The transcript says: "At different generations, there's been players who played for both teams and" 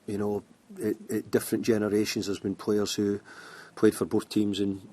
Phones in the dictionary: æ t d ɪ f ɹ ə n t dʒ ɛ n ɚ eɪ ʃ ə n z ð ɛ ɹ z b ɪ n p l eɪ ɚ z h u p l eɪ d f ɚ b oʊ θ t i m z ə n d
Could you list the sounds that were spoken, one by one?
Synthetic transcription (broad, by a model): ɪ t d ɪ f ɹ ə n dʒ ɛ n ɚ eɪ ʃ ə n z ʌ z b ɪ n p l eɪ ɚ z h u p l eɪ d f ɚ b oʊ θ t i m z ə n